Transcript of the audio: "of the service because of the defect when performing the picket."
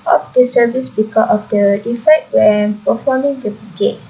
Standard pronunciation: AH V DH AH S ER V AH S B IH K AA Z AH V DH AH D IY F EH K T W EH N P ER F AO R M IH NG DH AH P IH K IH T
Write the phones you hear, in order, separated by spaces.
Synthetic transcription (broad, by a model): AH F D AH S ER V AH S B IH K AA AH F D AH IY F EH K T W EH N P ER F AO M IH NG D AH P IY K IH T